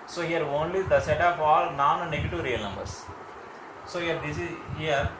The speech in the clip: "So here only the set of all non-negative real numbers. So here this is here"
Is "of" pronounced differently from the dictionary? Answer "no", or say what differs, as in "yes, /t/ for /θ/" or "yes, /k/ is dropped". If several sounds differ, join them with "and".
yes, /p/ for /v/